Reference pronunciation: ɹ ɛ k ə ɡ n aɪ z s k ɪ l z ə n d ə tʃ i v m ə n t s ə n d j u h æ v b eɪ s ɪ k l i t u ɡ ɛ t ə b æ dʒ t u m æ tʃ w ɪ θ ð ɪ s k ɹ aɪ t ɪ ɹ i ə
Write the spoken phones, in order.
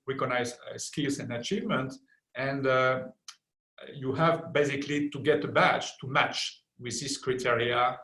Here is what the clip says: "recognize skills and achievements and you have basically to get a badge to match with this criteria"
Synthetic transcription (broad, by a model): ɹ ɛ k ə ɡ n aɪ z s k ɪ l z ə n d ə tʃ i v m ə n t ə n d j u h æ v b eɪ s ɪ k l i t u ɡ ɛ t ə b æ tʃ t u m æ tʃ w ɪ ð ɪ s k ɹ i t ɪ ɹ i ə